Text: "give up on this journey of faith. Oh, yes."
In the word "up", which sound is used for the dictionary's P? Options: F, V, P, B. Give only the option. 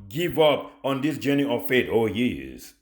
P